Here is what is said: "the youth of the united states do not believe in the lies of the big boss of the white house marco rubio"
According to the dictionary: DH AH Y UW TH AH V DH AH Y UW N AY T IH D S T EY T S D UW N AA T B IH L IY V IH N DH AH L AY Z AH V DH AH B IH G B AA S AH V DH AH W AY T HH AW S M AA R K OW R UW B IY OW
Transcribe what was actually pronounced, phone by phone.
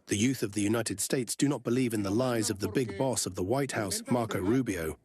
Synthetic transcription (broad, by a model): DH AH Y UW TH AH V DH AH Y UW N AY T IH D S T EY T S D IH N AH T B IH L IY V IH N DH AH L AY Z AH V DH AH B IH G B AA S AH V DH AH W AY T HH AW S M AA R K OW R UW B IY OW